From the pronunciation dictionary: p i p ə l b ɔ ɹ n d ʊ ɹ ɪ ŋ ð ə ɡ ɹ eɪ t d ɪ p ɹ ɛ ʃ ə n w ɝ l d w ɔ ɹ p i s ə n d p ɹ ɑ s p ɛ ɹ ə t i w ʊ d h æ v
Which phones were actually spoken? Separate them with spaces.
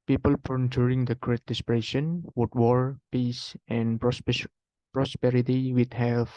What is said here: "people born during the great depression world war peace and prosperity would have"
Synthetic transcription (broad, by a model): p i p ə l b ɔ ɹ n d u ɹ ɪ ŋ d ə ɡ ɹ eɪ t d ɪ p ɹ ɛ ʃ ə n w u d w ɔ ɹ p i s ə n p ɹ ɑ s p ɛ ɹ ə t i w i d h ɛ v